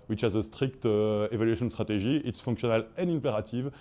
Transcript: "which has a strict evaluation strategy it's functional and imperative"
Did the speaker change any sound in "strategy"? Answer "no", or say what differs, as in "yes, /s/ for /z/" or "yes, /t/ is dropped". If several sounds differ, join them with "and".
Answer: yes, /ʒ/ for /dʒ/